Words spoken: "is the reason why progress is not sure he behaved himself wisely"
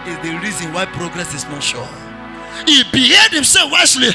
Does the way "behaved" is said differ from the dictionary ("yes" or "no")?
yes